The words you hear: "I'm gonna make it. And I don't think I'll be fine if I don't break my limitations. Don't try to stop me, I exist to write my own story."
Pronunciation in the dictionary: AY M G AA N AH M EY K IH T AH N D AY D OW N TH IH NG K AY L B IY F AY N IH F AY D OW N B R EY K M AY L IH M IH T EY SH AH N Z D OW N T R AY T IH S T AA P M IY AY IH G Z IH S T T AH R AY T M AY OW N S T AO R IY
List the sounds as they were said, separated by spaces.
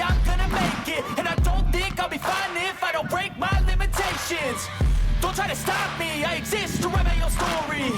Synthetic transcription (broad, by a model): AY M G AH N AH M EY K IH T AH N AY D OW N TH IH NG K AY L B IY F AY N IH F AY D OW N B R EY K M AY L IH M IH T EY SH AH N Z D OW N T R AY T IH S T AA P M IY AY IH G Z IH S T T AH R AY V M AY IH L S T AO R IY